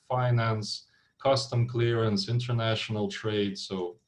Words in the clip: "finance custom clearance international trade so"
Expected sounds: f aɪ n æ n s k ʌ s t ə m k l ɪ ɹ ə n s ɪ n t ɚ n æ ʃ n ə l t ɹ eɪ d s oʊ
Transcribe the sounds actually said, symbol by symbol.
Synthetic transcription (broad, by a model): f aɪ n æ n s k ʌ s t ə m k l ɪ ɹ ə n s ɪ n t ɚ n æ ʃ n ə l t ɹ eɪ d s oʊ